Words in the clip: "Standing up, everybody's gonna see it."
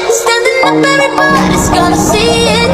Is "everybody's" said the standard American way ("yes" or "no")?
no